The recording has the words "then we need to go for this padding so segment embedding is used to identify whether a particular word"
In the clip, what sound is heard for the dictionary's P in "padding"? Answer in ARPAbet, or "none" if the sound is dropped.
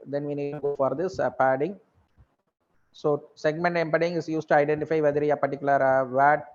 P